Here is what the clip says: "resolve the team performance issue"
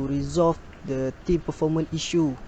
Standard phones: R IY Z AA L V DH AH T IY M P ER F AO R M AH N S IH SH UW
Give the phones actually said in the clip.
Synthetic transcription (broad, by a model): R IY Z AA L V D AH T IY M P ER F AO M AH N IY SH UW